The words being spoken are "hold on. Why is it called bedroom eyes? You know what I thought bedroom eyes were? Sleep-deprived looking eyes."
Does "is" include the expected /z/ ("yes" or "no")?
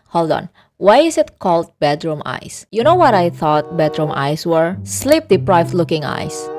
no